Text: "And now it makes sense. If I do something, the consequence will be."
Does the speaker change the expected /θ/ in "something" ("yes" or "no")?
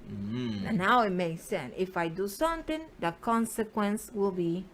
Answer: yes